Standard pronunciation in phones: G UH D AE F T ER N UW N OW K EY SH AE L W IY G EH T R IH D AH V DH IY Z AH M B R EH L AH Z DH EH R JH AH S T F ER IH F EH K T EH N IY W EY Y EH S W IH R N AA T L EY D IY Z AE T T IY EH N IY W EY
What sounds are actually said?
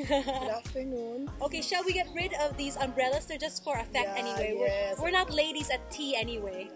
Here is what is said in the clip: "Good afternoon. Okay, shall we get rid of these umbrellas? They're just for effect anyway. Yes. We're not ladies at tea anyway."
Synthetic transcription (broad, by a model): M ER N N OW K EY SH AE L W IY G EH T R IH D AH V DH IY Z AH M B R EH L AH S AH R JH AH S T F ER IH F EH K T EH N IY W EY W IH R W IH R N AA T L EY D IY Z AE T T IY EH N IY W EY